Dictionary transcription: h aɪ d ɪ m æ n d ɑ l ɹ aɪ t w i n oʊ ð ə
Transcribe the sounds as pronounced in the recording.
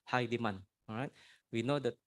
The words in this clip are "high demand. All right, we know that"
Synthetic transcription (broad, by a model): h aɪ d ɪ m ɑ n ɹ aɪ t w i n oʊ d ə